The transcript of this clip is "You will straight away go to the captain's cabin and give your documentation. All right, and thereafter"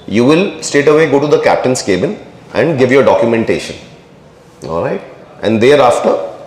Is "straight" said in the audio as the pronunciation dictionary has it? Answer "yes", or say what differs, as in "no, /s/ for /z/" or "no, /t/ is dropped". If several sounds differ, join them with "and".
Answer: no, /ɹ/ is dropped